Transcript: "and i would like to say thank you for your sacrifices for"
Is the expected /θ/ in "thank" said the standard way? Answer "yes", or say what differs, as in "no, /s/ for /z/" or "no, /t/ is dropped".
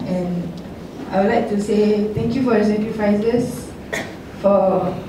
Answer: no, /t/ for /θ/